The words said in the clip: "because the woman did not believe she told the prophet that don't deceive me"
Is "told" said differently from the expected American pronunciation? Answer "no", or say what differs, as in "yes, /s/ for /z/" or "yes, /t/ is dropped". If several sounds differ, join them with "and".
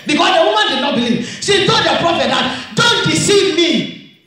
yes, /l/ is dropped